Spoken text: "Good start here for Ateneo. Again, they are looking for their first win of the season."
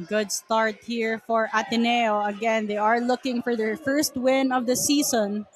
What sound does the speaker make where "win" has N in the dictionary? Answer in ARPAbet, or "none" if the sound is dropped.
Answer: N